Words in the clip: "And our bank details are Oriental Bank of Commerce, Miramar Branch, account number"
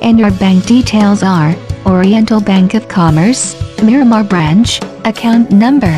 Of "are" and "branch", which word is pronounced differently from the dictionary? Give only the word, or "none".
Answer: none